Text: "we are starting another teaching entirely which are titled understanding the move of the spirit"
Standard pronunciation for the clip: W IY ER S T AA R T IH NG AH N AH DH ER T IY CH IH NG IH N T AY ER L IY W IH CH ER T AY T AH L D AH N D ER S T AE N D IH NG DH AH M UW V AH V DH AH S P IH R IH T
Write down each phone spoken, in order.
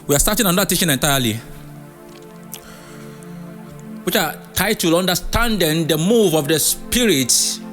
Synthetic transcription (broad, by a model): W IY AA S T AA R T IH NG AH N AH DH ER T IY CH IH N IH N T AY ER L IY W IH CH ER T AY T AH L AH N D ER S T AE N D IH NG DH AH M UW V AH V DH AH S P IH R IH T